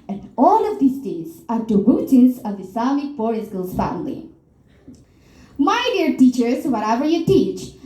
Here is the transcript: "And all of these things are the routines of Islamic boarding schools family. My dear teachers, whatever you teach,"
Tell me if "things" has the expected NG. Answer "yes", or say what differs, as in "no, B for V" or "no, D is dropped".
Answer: no, NG is dropped